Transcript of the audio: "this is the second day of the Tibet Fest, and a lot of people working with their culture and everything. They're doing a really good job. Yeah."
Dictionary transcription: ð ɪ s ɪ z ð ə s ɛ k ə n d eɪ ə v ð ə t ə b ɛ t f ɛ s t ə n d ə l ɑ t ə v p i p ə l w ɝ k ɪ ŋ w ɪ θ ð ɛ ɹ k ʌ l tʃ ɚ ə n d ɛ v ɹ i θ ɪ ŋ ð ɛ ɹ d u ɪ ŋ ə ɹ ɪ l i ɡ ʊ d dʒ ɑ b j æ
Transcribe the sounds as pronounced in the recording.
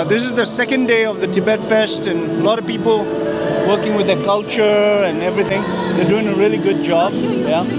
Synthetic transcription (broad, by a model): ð ɪ s ɪ z ð ə s ɛ k ə n d eɪ ə v ð ə t ə b ɛ t f ɛ s t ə n ə l ɑ t ə v p i p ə l w ɝ k ɪ ŋ w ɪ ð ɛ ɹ k ʌ l tʃ ɚ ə n ɛ v ɹ i θ ɪ ŋ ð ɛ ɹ d u ɪ ŋ ə ɹ ɪ l i ɡ ʊ d dʒ ɑ b j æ